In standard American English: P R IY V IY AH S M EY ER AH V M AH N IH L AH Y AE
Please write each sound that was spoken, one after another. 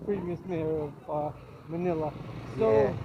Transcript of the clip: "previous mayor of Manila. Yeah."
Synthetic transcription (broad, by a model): P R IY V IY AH S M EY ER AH M AH N IH L AH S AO